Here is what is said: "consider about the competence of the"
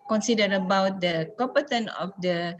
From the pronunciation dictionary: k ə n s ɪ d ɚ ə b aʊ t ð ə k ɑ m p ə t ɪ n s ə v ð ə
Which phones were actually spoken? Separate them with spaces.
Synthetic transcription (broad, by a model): k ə n s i d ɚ ə b aʊ t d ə k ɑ p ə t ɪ n ə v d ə